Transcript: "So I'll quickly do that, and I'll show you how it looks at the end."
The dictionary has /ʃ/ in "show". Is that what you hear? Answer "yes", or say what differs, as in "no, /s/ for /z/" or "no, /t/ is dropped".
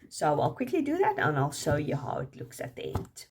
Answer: no, /s/ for /ʃ/